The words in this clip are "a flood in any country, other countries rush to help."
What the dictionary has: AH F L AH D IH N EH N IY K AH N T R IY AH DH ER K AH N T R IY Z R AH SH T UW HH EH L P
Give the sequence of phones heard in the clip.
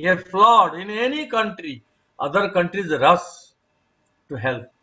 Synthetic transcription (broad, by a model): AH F L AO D IH N EH N IY K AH N T R IY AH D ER K AH N T R IY Z R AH S T UW HH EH L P